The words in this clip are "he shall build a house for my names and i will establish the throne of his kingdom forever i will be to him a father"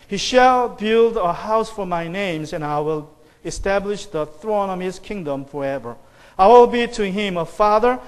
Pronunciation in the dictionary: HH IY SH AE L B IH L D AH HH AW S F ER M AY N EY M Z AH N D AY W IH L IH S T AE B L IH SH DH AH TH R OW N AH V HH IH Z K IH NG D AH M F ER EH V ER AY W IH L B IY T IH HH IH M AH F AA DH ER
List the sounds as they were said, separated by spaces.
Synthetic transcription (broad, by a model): HH IY SH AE L B IH L D AH HH AW S F ER M AY N EY M Z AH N AY W IH L IH S T AE B L IH SH DH AH TH R OW N AH V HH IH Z K IH NG D AH M F ER EH V ER AY W IH L B IY T IH HH IH M AH F AA DH ER